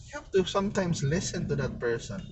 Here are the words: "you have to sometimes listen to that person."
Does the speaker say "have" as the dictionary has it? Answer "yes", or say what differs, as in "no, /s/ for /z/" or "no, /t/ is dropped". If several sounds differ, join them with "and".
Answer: no, /f/ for /v/